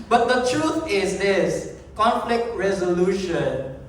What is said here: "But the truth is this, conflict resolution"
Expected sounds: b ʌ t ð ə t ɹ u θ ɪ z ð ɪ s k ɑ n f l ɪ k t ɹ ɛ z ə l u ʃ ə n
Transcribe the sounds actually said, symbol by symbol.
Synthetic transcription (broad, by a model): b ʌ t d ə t ɹ u t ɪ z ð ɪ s k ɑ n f l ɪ k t ɹ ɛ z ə l u ʃ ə n